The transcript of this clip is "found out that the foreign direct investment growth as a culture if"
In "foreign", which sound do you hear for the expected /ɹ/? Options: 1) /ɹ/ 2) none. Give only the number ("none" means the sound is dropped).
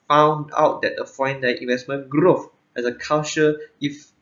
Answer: 2